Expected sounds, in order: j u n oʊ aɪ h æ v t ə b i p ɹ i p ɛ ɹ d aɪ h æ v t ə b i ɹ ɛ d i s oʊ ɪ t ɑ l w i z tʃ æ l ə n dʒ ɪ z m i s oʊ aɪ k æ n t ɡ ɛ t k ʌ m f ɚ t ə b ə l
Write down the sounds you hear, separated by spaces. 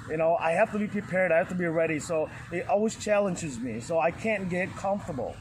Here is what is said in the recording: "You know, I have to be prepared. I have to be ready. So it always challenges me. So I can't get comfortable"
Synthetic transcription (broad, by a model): j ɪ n oʊ aɪ h æ f t ə b i p ɹ i p ɛ ɹ d aɪ h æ f t ə b i ɹ ɛ d i s oʊ ɪ t ɑ l w i z tʃ æ l ə n dʒ ɪ z m i s oʊ aɪ k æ n ɡ ɛ t k ʌ m f t ə b l